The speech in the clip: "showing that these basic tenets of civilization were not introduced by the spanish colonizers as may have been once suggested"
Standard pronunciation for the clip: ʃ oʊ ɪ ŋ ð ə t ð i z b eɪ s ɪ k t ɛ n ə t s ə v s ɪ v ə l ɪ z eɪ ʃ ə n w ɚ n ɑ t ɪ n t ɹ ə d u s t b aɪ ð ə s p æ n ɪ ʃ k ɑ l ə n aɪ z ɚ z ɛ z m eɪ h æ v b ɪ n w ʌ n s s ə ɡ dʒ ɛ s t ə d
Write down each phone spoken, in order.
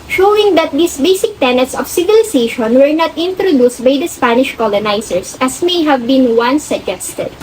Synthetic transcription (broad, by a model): ʃ oʊ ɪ ŋ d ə t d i s b eɪ s ɪ k t ɛ n ə t s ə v s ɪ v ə l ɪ s eɪ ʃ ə n w ɚ n ɑ t ɪ n t ɹ ə d u s t b aɪ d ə s p æ n ɪ ʃ k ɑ l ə n aɪ s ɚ s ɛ s m eɪ h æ v b ɪ n w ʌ n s s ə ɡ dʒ ɛ s t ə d